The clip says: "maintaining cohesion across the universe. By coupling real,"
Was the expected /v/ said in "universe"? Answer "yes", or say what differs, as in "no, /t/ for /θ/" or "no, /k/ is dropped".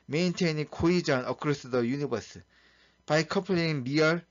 no, /b/ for /v/